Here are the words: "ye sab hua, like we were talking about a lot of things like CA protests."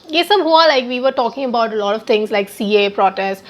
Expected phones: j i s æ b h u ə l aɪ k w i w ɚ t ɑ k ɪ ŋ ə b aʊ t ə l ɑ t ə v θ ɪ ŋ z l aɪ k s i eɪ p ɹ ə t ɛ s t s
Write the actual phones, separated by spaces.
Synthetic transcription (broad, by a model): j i s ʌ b h u ə l aɪ k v i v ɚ t ɑ k ɪ ŋ ə b aʊ t ə l ɑ t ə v t ɪ ŋ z l aɪ k s i eɪ p ɹ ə t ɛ s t